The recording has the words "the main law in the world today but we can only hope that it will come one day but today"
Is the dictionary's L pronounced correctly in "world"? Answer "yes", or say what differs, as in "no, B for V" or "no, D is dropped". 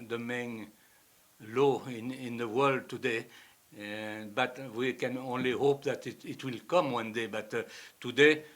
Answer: yes